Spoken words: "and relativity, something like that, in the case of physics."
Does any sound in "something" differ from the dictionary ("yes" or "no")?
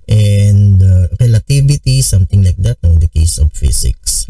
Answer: yes